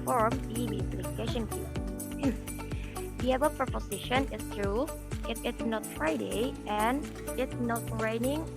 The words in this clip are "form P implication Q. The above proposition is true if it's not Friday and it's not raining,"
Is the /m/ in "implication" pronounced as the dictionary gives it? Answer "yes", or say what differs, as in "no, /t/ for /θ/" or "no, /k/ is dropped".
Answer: no, /m/ is dropped